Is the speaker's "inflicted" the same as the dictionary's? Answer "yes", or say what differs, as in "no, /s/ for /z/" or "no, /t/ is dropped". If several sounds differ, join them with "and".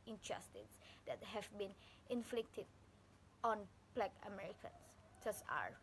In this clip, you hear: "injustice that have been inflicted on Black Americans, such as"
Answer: yes